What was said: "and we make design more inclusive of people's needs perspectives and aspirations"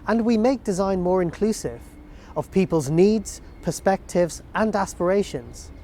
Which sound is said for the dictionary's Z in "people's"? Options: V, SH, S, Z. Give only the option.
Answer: Z